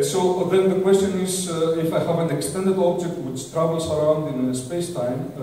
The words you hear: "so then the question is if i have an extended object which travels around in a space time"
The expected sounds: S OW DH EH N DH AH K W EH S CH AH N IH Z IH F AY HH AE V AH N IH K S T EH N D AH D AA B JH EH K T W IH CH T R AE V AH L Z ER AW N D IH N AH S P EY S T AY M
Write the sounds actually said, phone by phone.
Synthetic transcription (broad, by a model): S OW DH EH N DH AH K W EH S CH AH N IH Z IH F AY HH AE V AH N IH K S T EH N D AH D AA B JH EH K T W IH CH T R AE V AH L S ER AW N D IH N AH S P EY S T AY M